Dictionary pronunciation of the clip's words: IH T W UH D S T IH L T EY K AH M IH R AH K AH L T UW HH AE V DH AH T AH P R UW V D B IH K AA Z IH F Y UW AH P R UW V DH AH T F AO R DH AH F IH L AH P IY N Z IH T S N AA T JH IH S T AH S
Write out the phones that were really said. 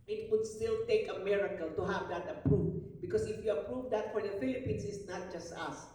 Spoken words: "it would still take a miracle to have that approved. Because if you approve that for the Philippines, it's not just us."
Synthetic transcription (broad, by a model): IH T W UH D S T IH L T EY K AH M IH R AH K AH L T UW HH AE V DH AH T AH P R UW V B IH K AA S IH F Y UW AH P R UW V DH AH T F AO R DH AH F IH L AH P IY N S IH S N AA T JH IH S T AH S